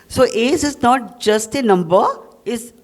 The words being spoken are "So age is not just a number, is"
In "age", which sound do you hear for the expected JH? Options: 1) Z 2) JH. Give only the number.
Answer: 1